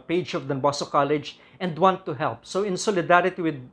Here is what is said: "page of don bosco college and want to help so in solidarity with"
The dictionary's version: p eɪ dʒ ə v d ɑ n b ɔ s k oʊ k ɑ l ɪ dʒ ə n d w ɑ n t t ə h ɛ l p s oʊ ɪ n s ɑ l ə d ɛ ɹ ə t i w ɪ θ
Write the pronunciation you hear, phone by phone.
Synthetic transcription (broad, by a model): p eɪ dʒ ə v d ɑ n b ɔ s oʊ k ɑ l ɪ dʒ ə n d w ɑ n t t ə h ɛ l p s oʊ ɪ n s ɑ l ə d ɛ ɹ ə t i w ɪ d